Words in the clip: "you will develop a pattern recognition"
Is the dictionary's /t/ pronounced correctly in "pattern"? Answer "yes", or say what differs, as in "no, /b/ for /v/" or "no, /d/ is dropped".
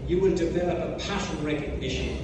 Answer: no, /s/ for /t/